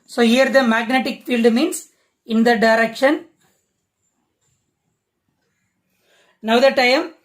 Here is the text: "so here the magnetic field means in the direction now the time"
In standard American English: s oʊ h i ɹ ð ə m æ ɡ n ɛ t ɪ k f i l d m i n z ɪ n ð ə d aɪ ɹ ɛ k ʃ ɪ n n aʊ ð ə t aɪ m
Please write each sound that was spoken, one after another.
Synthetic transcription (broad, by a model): s oʊ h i ɹ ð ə m æ ɡ n ɛ t ɪ k f i l d m i n s ɪ n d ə d aɪ ɹ ɛ k ʃ ɪ n n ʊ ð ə t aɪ m